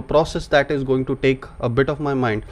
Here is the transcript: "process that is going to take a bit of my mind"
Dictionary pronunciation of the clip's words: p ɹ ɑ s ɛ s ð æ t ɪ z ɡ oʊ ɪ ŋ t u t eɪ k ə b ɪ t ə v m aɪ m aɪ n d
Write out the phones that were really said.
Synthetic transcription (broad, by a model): p ɹ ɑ s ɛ s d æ t ɪ z ɡ oʊ ɪ ŋ t u t eɪ k ə b ɪ t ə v m aɪ m aɪ n d